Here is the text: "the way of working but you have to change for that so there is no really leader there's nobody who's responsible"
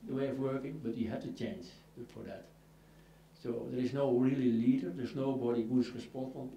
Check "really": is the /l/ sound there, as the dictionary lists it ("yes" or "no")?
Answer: yes